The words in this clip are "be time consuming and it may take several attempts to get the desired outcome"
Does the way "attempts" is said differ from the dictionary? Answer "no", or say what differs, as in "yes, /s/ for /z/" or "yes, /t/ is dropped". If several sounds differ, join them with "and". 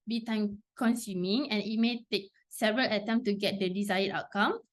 yes, /p/ is dropped